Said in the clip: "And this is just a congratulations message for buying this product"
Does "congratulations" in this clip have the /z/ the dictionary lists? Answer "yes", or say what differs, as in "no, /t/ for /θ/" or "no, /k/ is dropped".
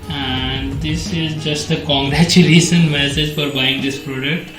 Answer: no, /z/ is dropped